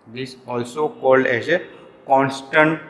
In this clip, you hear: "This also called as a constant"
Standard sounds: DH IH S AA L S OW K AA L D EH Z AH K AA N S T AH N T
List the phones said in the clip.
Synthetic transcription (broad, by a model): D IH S AA L S OW K AA L D EH Z AH K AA N S T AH N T